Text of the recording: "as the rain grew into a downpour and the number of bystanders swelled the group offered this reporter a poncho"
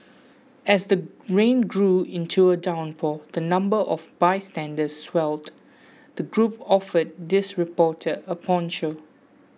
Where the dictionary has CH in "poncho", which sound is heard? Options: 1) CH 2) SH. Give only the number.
2